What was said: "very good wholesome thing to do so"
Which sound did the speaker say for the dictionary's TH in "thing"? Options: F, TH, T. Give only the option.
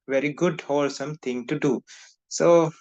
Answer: T